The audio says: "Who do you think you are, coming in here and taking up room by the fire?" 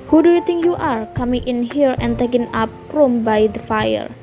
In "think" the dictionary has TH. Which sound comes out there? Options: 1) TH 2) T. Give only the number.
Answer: 2